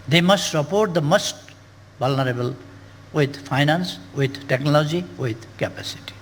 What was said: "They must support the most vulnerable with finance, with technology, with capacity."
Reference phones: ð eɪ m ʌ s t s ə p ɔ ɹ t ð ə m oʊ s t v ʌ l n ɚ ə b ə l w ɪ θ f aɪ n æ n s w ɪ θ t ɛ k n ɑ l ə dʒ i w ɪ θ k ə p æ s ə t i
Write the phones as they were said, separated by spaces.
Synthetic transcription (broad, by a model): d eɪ m ʌ s t s ə p ɔ ɹ t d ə m oʊ s t b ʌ l n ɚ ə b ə l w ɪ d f aɪ n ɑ n s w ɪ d t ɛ k n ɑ l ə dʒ i w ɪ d k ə p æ s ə t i